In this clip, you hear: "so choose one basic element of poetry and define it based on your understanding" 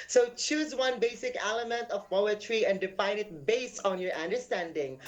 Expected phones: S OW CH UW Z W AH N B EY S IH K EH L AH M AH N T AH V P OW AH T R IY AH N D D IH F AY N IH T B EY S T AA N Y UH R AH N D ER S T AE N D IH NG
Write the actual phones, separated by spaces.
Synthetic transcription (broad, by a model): S OW CH UW Z W AH N B EY S IH K EH L AH M AH N T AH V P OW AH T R IY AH N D D IH F AY N IH T B EY S T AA N Y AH R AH N D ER S T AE N D IH NG